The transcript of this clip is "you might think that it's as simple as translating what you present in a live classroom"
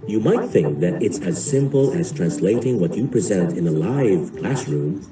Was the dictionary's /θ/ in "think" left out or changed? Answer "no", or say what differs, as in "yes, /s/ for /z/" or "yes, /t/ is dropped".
no